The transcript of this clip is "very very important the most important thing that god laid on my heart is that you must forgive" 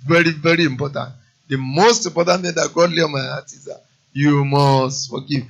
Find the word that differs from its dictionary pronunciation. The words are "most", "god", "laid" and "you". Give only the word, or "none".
laid